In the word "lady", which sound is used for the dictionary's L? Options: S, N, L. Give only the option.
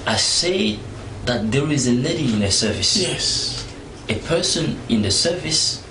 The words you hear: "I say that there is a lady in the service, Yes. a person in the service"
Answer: N